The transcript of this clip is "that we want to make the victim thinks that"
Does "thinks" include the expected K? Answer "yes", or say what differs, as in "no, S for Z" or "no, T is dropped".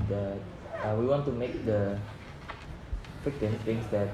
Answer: no, K is dropped